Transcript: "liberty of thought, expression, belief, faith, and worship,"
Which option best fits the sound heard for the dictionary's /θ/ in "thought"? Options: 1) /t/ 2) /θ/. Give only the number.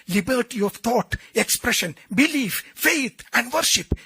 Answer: 1